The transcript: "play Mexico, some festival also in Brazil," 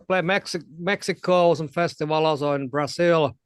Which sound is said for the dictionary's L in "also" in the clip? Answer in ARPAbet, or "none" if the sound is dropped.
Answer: none